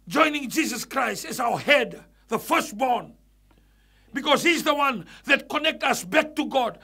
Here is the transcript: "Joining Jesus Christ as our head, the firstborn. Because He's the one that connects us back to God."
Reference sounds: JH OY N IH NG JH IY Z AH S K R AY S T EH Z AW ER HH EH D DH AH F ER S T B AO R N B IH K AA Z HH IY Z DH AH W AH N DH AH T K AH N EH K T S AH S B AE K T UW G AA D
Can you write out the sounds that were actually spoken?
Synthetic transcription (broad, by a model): JH OY N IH NG JH IY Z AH S K R AY S T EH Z AW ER HH EH D DH AH F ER S T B AO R N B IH K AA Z HH IY Z DH AH W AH N DH AH T K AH N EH K T AH S B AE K T UW G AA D